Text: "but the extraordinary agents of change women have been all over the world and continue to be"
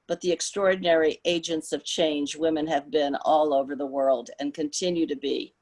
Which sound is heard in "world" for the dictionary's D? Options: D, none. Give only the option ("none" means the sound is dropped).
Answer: D